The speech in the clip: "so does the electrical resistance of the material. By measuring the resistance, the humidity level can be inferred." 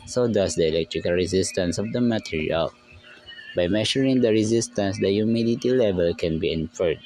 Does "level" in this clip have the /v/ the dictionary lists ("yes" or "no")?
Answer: yes